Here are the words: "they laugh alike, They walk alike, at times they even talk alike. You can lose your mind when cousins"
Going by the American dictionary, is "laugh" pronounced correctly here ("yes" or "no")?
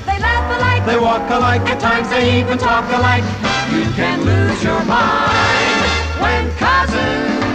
no